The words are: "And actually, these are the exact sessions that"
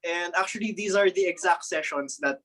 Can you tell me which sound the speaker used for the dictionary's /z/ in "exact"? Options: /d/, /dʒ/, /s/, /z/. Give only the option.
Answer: /z/